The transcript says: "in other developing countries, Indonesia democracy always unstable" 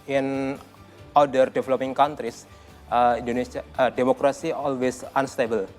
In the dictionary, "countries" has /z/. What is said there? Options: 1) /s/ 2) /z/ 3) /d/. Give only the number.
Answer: 1